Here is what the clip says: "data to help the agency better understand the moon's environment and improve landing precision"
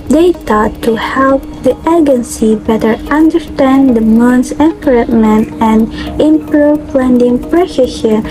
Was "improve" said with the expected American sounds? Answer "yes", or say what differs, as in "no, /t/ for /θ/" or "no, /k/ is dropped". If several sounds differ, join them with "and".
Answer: no, /p/ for /v/